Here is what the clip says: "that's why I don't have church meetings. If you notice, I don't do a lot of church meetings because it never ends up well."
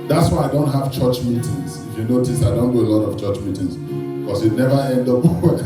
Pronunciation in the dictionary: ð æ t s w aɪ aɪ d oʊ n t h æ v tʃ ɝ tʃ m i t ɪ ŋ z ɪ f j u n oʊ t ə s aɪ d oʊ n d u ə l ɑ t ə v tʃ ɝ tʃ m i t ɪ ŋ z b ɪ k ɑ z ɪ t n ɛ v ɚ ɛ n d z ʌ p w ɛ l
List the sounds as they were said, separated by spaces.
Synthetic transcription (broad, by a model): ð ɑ t s w aɪ aɪ d oʊ n t h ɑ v tʃ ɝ tʃ m i t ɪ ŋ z ɪ f j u n oʊ t ə s aɪ d oʊ n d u ə l ɑ t ə v tʃ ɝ tʃ m i t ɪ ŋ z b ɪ k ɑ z ɪ t n ɛ v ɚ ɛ n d ʌ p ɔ